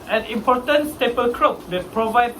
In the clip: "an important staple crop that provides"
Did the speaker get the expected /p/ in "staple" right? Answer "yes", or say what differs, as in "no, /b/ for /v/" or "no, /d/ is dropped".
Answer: yes